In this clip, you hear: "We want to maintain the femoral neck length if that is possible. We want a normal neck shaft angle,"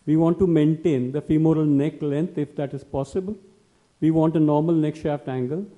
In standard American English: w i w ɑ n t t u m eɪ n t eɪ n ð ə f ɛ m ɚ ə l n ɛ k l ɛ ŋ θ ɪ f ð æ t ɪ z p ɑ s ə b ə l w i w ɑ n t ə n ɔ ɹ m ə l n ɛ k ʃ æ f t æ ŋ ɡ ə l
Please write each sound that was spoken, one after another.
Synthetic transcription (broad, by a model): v i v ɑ n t t u m eɪ n t eɪ n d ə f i m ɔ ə l n ɛ k l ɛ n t ɪ f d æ t ɪ z p ɑ s ə b ə l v i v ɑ n t ə n ɔ ɹ m ə l n ɛ k ʃ æ f t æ ŋ ɡ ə l